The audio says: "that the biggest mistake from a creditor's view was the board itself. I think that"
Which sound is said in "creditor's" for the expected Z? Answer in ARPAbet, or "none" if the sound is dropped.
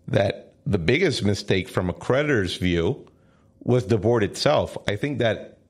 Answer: Z